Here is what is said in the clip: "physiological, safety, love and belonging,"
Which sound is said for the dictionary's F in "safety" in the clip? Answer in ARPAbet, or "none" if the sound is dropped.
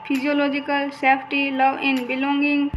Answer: P